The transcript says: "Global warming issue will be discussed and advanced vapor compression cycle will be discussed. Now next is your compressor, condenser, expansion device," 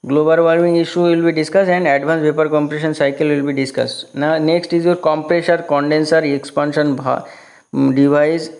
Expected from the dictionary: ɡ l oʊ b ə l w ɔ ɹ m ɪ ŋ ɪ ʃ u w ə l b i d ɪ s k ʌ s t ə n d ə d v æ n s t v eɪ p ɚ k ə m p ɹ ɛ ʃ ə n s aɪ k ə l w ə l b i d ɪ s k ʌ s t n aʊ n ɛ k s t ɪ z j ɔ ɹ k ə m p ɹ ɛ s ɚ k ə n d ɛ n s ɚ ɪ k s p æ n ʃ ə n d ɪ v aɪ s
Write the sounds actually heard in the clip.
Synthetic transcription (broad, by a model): ɡ l oʊ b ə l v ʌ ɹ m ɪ ŋ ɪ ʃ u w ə l b i d ɪ s k ʌ s t ə n d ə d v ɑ n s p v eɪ p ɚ k ə m p ɹ ɛ ʃ ə n s aɪ k ə l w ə l b i d ɪ s k ʌ s t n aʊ n ɛ k s t ɪ z j ɔ ɹ k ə m p ɹ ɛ ʃ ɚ k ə n d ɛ n s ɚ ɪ k s p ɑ n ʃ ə n d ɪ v aɪ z